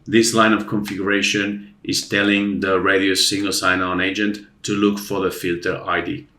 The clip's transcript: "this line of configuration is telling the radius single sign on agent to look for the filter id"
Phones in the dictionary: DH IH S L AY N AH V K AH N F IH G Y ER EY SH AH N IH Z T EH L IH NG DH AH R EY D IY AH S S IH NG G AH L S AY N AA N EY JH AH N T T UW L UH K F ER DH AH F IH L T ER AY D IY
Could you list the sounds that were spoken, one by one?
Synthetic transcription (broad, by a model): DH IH S L AY N AH V K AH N F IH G Y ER EY SH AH N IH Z T EH L IH NG DH AH R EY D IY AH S S IH NG G AH L S AY N AA N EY JH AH N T T UW L UH K F ER DH AH F IH L T ER AY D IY